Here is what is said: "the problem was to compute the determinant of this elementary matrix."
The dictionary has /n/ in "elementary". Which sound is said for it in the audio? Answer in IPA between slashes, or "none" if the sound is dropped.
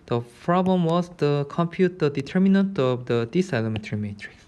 none